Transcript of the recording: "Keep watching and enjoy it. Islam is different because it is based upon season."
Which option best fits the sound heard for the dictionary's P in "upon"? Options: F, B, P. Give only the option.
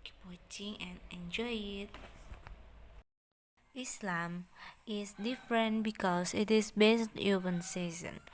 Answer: B